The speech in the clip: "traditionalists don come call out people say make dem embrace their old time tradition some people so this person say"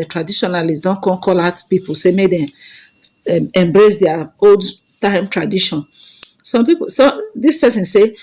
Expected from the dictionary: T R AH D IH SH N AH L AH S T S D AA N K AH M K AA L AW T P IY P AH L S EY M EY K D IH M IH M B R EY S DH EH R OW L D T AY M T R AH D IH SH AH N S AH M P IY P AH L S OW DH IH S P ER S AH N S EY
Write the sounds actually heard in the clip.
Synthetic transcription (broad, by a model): T R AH D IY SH N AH L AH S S D AA N K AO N K AA L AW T P IY P AH L S EY M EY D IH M IH M B R EY S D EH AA OW L D T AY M T R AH D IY SH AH N S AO M P IY P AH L S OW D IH S P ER S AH N S EY